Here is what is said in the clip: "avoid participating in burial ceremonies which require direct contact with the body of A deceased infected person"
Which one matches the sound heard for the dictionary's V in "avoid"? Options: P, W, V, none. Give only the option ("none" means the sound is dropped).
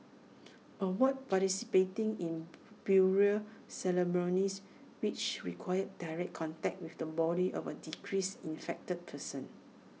W